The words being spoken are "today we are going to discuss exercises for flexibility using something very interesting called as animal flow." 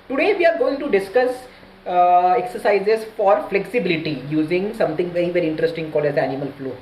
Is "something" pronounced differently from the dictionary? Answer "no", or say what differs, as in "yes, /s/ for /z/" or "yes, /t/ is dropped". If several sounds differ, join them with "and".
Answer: yes, /t/ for /θ/